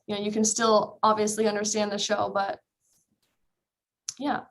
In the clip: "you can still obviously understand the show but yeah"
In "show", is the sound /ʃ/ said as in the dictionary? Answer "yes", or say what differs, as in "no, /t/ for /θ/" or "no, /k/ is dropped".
yes